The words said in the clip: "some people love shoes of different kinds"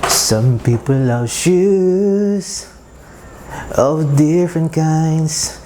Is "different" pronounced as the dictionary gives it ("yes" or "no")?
yes